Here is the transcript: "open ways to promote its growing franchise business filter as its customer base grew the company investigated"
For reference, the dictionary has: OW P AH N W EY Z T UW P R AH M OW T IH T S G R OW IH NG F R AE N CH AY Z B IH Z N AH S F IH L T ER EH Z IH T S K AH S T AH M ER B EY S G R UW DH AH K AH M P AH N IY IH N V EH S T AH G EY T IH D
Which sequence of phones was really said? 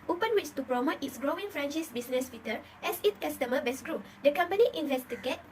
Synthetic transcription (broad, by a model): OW P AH N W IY S T UW P R AH M OW T IH T S G R OW IH NG F R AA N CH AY S B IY S N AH S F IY T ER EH S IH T K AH S T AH M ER B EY S G R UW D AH K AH M P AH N IY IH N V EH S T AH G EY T